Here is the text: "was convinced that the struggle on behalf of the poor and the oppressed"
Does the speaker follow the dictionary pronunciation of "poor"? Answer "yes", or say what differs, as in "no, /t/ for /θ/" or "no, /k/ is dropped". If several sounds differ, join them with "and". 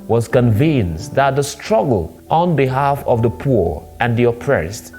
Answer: yes